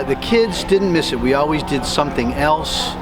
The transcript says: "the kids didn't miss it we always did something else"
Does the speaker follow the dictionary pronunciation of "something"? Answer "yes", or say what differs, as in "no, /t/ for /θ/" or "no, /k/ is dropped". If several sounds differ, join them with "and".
yes